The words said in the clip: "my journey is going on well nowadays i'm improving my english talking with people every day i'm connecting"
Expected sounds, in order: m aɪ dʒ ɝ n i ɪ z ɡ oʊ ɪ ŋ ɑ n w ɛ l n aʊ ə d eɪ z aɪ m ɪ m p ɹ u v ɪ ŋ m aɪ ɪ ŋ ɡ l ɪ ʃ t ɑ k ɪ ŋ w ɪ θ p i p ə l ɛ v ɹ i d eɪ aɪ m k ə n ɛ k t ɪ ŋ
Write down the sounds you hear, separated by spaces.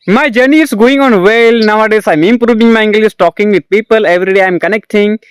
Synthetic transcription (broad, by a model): m aɪ dʒ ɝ n i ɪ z ɡ oʊ ɪ ŋ ɑ n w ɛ l n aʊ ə d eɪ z aɪ m ɪ m p ɹ u v ɪ ŋ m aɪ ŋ ɡ l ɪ s t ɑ k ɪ ŋ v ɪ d p i p ə l ɛ v ɹ i d eɪ aɪ m k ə n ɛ k t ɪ ŋ